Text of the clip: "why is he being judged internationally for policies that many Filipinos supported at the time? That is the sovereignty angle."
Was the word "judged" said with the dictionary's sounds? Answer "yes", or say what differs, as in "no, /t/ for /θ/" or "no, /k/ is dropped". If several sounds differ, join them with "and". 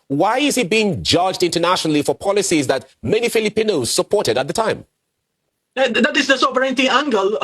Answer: yes